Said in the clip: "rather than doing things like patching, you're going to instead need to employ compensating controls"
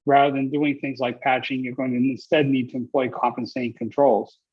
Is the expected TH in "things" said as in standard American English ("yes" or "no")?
yes